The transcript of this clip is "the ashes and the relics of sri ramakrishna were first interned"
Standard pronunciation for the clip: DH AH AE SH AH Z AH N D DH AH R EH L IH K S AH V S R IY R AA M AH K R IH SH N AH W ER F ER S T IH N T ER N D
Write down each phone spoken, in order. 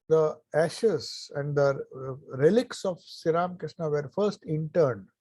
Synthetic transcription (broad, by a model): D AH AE SH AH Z AH N D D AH R EH L IH K S AH V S IY R AA M K R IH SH N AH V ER F ER S T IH N T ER N D